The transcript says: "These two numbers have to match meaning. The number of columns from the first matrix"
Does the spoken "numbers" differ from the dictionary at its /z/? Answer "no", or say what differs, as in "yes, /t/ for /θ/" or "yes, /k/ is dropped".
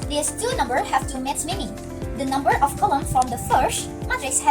yes, /z/ is dropped